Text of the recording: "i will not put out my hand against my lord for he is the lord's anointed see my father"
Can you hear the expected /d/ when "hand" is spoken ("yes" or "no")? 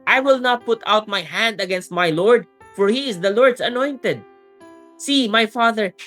yes